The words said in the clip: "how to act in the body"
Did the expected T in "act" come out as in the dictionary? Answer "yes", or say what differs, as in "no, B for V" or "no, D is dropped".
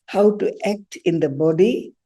yes